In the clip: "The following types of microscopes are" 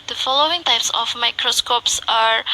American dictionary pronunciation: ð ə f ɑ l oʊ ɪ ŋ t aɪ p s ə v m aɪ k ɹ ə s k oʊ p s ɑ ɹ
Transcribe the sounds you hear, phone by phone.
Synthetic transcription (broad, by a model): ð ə f ɑ l oʊ ɪ ŋ t aɪ p s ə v m aɪ k ɹ ə s k oʊ p s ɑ ɹ